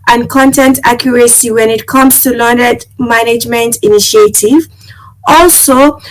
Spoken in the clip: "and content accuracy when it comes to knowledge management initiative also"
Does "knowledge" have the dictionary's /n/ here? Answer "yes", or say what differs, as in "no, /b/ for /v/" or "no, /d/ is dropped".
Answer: no, /l/ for /n/